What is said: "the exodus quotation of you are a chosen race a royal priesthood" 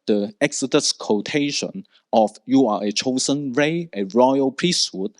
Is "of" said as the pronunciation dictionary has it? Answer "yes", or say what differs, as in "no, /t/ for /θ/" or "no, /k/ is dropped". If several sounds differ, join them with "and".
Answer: no, /f/ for /v/